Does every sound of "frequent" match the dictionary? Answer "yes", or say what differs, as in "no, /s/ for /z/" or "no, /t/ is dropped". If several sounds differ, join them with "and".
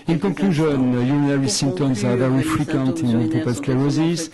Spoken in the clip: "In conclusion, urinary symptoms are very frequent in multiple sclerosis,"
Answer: yes